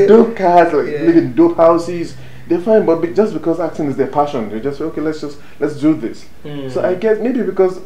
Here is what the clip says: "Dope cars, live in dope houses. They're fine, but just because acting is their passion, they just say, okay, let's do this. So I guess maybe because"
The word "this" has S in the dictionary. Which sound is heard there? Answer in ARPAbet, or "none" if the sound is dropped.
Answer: S